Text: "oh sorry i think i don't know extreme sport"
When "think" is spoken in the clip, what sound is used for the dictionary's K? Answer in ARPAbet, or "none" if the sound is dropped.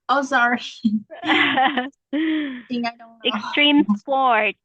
none